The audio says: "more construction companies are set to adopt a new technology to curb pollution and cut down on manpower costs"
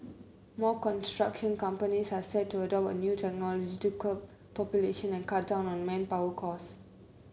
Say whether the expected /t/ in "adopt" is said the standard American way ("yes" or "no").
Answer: no